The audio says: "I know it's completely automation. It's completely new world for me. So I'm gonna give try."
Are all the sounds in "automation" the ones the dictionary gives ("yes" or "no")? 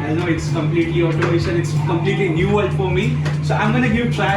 no